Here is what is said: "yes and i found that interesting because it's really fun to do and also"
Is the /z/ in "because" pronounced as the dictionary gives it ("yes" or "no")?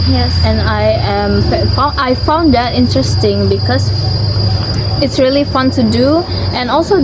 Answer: no